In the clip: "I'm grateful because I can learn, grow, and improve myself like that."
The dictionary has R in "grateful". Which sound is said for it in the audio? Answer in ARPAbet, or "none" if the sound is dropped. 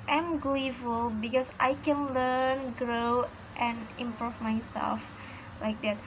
L